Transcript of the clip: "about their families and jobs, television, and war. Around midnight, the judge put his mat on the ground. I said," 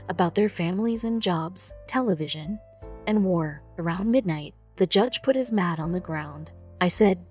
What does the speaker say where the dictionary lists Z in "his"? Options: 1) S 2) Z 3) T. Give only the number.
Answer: 2